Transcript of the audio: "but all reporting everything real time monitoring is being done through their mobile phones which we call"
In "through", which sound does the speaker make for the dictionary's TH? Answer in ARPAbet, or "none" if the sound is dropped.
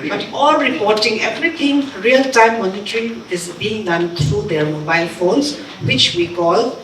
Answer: T